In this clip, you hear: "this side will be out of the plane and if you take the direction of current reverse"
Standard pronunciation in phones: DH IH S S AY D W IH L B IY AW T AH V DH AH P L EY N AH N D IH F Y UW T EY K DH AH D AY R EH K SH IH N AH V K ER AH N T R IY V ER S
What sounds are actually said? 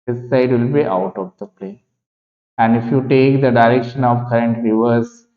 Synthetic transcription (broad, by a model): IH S S AY D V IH L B IY AW T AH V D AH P L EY AH N D IH F Y UW T EY K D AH D AY R EH K SH IH N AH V K ER AH N T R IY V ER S